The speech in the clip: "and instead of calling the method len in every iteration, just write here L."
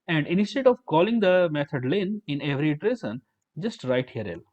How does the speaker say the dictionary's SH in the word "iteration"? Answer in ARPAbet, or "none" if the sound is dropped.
S